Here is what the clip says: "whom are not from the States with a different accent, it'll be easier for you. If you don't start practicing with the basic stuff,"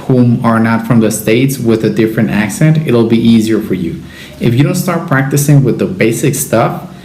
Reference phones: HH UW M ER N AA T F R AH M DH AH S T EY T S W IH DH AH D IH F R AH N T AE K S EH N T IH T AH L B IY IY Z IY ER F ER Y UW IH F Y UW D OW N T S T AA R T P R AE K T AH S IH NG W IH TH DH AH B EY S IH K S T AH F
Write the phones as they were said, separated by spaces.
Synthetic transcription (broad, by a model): HH UW M ER N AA T F R AH M DH AH S T EY T S W IH DH AH D IH F R AH N T AE K S EH N T IH T L B IY IY Z IY ER F ER Y UW IH F Y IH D OW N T S T AA R T P R AE K T AH S IH NG W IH DH AH B EY S IH K S T AH F